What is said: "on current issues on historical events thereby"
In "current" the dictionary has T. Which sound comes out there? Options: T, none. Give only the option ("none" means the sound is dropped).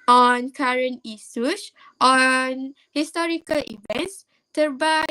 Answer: none